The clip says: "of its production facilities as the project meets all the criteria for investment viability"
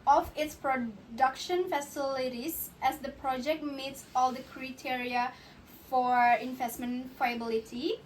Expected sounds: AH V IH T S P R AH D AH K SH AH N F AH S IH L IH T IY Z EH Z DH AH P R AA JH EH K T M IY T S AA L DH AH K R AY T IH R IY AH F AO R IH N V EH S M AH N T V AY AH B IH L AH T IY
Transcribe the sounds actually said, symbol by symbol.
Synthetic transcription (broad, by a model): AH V IH T S P R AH D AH K SH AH N F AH S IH L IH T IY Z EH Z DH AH P R AA JH EH K T M IY T S AA L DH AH K R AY T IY R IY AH F AO R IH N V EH S M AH N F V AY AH B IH L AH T IY